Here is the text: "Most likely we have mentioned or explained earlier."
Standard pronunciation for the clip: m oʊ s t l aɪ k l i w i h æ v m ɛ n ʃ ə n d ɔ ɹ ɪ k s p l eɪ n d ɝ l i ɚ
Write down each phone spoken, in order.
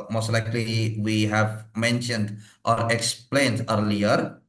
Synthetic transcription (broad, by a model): m oʊ s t l aɪ k l i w i h æ v m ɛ n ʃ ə n d ɔ ɹ ɪ k s p l eɪ n d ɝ l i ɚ